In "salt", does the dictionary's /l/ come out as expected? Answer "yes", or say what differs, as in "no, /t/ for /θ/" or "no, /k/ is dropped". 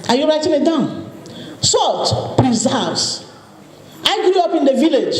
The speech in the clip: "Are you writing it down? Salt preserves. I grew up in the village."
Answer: yes